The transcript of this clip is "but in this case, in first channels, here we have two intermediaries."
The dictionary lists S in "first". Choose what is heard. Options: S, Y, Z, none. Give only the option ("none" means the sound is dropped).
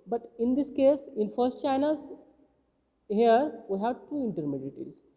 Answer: S